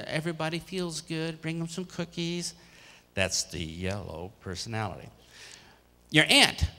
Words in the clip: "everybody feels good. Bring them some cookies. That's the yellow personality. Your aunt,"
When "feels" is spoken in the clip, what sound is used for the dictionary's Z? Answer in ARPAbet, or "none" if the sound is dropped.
Z